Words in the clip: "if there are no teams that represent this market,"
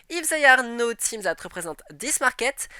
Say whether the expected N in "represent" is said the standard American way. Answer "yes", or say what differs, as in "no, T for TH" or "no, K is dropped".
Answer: no, N is dropped